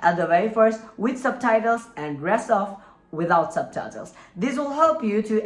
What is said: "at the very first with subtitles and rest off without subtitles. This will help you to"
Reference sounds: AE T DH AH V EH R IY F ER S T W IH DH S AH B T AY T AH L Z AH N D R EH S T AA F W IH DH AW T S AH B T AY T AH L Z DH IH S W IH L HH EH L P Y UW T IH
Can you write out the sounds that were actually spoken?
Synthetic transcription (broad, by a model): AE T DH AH W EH IY F ER S T W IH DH S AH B T AY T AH L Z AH N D R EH S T AA F W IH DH AW T S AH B T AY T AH L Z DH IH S W IH L HH EH L P Y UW T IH